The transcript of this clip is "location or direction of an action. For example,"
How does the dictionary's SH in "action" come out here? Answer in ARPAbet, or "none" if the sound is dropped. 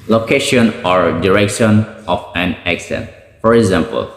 S